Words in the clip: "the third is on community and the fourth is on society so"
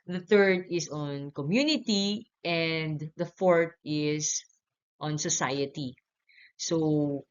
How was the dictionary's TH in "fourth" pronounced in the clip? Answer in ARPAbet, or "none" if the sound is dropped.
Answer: T